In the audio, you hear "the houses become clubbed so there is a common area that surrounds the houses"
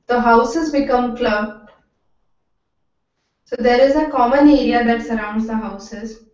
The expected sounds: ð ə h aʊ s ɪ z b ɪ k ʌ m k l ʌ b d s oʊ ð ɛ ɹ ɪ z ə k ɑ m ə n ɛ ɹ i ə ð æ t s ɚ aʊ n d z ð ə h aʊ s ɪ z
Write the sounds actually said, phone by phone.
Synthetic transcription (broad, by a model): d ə h aʊ s ɪ z b ɪ k ʌ m k l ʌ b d s oʊ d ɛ ɹ ɪ z ə k ɑ m ə n ɛ ɹ i ə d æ t s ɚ aʊ n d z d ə h aʊ s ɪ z